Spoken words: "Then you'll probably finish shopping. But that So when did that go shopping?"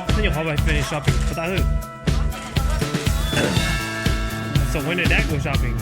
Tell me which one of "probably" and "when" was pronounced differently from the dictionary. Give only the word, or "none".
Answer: probably